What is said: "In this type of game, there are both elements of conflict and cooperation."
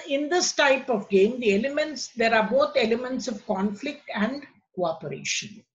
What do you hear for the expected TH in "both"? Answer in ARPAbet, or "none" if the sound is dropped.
T